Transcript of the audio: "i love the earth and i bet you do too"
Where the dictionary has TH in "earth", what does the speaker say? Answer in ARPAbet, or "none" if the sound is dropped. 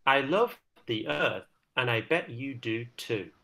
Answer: TH